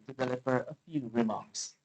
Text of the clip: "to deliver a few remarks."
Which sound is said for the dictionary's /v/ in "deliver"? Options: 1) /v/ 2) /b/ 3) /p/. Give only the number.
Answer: 3